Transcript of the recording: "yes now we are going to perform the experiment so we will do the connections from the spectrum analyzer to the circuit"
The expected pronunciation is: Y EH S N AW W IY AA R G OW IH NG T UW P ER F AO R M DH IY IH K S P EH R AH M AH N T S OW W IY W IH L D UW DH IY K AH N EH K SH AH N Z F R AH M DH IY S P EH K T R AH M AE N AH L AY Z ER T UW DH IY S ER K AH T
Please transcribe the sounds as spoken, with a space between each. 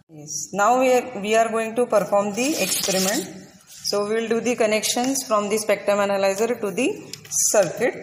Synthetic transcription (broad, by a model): Y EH S N AW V IY AA R G OW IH NG T UW P ER F AO R M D IY IH K S P EH R AH M AH N T S OW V IY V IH L D UW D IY K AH N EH K SH AH N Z F R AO M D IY S P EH K T AH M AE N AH L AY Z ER T UW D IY S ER K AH T